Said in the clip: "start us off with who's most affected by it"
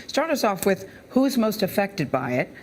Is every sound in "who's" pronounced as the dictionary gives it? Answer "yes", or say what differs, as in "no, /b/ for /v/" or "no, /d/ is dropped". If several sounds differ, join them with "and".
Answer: yes